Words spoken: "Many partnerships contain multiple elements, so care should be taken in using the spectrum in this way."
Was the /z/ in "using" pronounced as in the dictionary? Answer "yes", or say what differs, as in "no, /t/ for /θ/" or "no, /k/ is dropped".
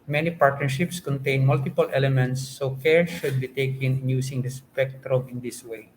no, /s/ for /z/